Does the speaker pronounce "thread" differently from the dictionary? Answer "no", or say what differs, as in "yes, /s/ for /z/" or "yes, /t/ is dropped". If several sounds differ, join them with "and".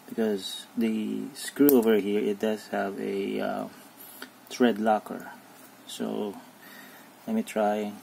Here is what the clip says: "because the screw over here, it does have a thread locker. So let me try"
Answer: yes, /t/ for /θ/